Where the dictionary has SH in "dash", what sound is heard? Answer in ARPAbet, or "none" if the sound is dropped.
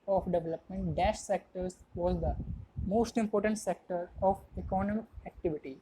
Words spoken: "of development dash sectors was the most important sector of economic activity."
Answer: SH